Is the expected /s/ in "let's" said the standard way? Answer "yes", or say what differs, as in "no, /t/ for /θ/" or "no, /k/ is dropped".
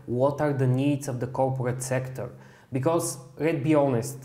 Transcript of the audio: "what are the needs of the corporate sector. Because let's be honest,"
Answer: no, /s/ is dropped